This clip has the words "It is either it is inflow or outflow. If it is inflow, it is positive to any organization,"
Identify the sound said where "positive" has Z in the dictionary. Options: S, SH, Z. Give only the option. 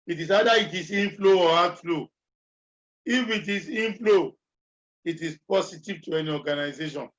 S